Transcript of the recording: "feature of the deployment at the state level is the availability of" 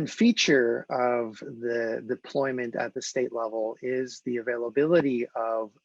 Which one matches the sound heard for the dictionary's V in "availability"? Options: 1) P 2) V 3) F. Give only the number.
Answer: 2